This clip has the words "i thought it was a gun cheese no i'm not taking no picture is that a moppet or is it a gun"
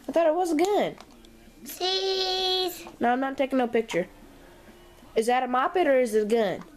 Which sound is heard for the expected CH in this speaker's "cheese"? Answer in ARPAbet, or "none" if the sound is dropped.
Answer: S